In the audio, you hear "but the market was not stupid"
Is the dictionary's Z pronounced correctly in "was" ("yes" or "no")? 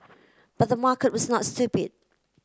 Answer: yes